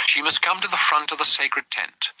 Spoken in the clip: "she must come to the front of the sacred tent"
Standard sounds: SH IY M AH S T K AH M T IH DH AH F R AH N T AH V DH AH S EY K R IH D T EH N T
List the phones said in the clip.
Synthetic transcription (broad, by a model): SH IY M AH S K AH M T IH DH AH F R AH N T AH V DH AH S EY K R IH D T EH N T